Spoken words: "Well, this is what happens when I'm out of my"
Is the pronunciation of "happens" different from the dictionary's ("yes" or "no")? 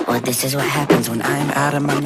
no